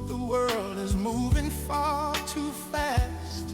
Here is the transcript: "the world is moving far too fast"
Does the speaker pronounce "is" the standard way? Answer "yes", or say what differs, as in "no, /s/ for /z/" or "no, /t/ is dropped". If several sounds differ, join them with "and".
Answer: yes